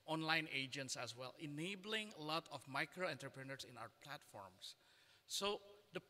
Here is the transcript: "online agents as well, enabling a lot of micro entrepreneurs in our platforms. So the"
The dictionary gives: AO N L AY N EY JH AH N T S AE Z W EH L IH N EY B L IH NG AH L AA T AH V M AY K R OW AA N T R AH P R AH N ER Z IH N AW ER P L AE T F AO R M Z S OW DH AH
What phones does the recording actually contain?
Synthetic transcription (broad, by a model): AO N L AY N EY JH AH N T S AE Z W EH L IH N EY B L IH NG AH L AA T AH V M AY K R OW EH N T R P R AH N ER S IH N AW ER P L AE T F AO R M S S OW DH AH